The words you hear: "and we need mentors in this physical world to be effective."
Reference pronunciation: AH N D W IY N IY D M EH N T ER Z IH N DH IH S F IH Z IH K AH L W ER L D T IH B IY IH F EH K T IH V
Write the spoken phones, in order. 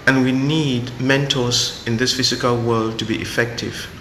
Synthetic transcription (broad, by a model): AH N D W IY N IY D M EH N T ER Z IH N DH IH S F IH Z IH K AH L W ER L D T IH B IY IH F EH K T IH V